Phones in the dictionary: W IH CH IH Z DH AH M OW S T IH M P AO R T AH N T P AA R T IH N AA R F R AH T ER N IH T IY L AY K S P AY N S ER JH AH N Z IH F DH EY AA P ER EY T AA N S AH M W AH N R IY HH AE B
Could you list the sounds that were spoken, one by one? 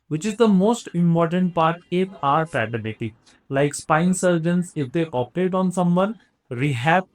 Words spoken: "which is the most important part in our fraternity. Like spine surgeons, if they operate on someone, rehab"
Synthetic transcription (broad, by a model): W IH CH IH Z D AH M OW S T IH M P AO R T AH N T P AA R T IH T AA R P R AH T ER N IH T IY L AY K S P AY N S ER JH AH N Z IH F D EY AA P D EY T AA N S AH M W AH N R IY HH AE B